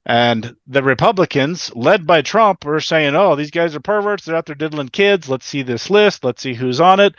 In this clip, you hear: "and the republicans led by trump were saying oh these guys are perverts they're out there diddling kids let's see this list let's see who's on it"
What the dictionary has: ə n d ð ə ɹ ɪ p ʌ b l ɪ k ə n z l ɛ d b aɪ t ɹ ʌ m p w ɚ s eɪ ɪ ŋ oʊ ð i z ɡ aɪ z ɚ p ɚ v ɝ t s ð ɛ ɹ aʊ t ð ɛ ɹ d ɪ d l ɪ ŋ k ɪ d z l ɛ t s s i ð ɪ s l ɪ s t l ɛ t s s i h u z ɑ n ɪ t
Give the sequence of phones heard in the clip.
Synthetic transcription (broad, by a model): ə n ð ə ɹ ɪ p ʌ b l ɪ k ə n z l ɛ d b aɪ t ɹ ʌ m p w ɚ s eɪ ɪ ŋ oʊ ð i z ɡ aɪ z ɚ p ɚ v ɝ t s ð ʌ ɹ aʊ t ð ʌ ɹ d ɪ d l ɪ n k ɪ d z l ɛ t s s i ð ɪ s l ɪ s t l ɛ t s s i h u z n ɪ t